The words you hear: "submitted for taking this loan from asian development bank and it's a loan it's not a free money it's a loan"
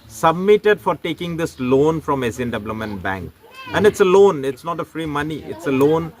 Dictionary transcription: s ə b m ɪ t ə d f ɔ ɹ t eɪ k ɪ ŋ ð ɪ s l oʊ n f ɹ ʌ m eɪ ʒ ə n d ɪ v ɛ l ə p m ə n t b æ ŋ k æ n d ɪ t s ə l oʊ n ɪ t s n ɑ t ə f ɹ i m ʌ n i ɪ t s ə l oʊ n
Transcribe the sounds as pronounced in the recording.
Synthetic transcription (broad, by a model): s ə b m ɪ t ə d f ɔ ɹ t eɪ k ɪ ŋ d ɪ s l oʊ n f ɹ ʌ m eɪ s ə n d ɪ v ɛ l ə m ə n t b æ ŋ k æ n d ɪ t s ə l oʊ n ɪ t s n ɑ t ə f ɹ i m ʌ n i ɪ t s ə l oʊ n